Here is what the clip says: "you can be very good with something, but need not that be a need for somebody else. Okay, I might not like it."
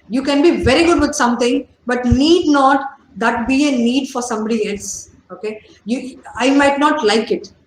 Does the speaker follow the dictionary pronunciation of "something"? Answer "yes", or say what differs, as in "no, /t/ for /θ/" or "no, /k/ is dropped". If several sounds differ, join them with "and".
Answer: no, /t/ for /θ/